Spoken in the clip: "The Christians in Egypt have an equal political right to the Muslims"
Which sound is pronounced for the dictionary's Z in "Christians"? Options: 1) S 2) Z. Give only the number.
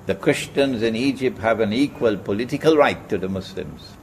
2